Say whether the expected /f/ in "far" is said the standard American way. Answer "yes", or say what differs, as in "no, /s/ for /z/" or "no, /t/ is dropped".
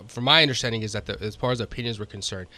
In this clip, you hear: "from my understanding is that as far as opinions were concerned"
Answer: no, /p/ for /f/